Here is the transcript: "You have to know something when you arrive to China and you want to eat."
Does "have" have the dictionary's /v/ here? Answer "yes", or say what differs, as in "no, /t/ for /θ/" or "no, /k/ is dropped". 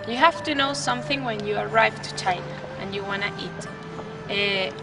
no, /f/ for /v/